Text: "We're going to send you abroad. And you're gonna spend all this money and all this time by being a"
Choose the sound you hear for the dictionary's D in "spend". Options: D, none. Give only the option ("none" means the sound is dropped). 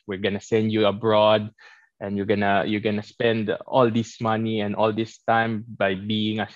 D